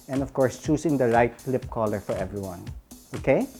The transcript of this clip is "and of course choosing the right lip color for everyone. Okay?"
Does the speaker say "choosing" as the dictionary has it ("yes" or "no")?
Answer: no